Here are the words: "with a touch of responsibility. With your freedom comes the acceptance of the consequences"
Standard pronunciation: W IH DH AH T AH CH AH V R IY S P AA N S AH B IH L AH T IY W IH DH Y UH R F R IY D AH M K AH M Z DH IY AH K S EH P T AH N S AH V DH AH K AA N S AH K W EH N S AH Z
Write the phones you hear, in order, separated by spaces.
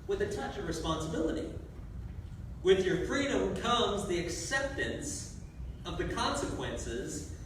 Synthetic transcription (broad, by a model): W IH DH AH T AH CH AH V R IY S P AA N S AH B IH L AH T IY W IH DH Y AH R F R IY D AH M K AH M Z DH IY AH K S EH P T AH N S AH V DH AH K AA N S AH K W EH N S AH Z